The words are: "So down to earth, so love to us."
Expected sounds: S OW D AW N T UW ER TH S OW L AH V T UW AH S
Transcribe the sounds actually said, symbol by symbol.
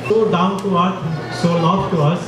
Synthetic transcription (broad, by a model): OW D AW N T UW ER S S OW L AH F T UW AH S